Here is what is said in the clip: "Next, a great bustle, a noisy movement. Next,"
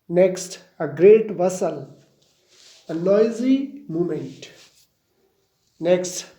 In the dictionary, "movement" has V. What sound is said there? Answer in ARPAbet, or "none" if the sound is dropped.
none